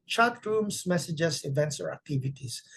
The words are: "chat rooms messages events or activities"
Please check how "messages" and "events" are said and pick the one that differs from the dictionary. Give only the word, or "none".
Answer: messages